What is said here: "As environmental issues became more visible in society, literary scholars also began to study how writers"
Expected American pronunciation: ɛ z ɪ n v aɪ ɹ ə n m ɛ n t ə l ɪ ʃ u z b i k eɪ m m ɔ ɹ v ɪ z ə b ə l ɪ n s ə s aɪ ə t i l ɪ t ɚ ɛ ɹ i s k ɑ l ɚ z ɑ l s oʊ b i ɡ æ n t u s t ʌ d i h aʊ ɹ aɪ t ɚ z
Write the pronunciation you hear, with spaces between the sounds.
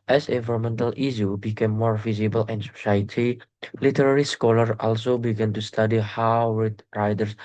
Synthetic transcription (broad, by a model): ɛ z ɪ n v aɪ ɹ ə m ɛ n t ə l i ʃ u b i k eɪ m m ɔ ɹ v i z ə b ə l ɪ n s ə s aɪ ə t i l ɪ t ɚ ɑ ɹ i s k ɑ l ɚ ɑ l s oʊ b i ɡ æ n t u s t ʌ d i h aʊ ɹ aɪ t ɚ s